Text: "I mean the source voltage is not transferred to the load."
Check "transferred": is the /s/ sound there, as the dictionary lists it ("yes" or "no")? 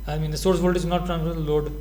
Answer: no